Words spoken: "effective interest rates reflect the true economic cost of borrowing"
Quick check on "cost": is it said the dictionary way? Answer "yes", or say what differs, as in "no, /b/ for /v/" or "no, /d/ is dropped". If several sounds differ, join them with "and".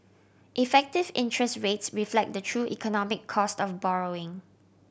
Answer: yes